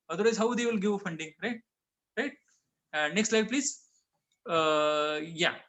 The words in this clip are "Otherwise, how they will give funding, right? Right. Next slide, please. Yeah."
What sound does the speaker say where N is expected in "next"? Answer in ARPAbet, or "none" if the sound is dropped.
N